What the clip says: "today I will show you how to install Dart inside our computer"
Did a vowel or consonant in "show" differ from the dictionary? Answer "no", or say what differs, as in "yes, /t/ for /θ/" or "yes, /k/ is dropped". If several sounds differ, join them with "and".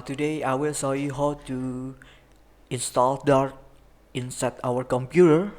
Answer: yes, /s/ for /ʃ/